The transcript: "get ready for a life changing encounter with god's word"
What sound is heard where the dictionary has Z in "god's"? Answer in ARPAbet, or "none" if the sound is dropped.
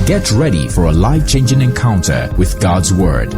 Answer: Z